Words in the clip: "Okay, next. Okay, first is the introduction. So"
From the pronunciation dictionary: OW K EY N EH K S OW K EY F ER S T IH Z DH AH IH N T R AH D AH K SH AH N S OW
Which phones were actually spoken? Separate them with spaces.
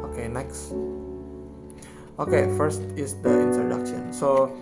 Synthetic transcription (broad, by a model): OW K EY N EH K S OW K EY F ER S T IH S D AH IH N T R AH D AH K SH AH N S OW